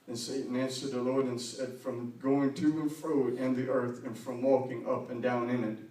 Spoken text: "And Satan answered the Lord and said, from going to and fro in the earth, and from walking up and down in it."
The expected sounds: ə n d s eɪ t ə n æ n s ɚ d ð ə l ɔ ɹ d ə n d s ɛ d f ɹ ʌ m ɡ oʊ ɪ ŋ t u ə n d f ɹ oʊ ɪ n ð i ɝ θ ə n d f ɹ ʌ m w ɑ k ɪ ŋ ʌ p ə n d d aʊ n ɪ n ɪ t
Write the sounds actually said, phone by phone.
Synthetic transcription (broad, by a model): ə n s eɪ t n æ n s ɚ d ð ə l ɔ ɹ d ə n s ɛ d f ɹ ʌ m ɡ oʊ ɪ ŋ t u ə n f ɹ oʊ ɪ n ð i ɝ θ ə n f ɹ ʌ m w ɑ k ɪ ŋ ʌ p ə n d d aʊ n ɪ n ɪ t